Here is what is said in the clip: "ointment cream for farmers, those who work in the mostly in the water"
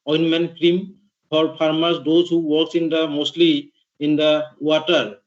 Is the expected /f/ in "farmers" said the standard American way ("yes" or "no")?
no